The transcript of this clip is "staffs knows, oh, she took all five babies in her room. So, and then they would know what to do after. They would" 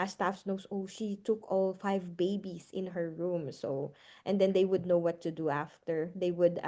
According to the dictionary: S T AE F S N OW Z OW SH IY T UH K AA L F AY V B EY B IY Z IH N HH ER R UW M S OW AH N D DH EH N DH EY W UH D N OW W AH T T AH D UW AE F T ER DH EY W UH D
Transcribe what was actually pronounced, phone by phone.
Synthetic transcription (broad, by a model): S T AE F S N OW S OW SH IY T UH K AA L F AY V B EY B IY S IH N HH ER R UW M S OW AH N D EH N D EY W UH D N OW W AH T T AH D UW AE F T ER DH EY W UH D